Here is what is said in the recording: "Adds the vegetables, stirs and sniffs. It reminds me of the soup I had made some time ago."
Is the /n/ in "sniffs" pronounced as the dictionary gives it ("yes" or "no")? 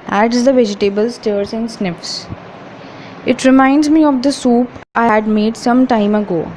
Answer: yes